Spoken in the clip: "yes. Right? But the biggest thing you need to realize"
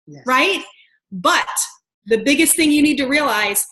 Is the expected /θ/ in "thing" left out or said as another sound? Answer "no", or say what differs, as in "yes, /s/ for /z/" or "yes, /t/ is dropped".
no